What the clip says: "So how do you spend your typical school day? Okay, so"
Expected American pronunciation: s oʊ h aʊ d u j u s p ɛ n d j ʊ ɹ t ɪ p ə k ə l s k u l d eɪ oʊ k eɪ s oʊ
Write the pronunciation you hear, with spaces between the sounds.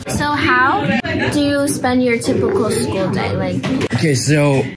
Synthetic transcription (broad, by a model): s oʊ h aʊ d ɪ j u s p ɛ n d j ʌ ɹ t ɪ p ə k l s k u l d eɪ oʊ k eɪ s oʊ